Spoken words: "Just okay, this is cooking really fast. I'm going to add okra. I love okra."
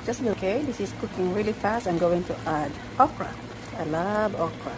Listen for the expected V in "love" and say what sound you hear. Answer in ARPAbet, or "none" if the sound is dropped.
B